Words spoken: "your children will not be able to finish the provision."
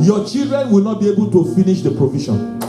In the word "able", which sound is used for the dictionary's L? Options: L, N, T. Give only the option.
L